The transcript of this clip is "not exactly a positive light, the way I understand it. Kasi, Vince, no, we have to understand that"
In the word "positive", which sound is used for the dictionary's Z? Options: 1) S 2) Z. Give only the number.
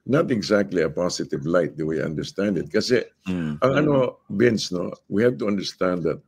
1